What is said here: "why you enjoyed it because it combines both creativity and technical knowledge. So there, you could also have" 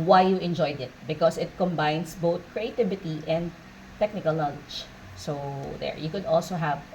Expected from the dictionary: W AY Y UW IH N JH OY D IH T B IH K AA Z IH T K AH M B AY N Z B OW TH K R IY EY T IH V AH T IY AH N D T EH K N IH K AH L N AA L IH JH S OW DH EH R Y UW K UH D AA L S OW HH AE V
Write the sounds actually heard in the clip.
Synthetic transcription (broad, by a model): W AY Y UW IH N JH OY D IH T B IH K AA S IH T K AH M B AY N S B OW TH K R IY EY T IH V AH T IY AH N D T EH K N IH K AH L L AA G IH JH S OW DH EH R Y UW K UH D AA L S OW HH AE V